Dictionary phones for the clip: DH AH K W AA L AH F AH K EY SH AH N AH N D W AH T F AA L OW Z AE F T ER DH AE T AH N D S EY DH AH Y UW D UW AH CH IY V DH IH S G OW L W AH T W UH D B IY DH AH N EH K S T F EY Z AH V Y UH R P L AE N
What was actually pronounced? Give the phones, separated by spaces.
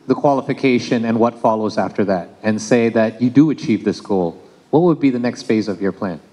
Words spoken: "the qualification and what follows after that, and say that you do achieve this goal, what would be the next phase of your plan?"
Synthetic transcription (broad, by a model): DH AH K W AA L AH F AH K EY SH AH N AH N W AH T F AA L OW Z AE F T ER DH AE T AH N S EY DH AH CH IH D AH CH IY V DH IH S G OW L W AH T W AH D B IY DH AH N EH K S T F EY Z AH V Y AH R P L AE N